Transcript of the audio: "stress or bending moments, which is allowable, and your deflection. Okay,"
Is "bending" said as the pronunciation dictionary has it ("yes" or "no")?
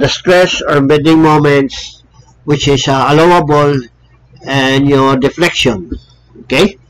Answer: no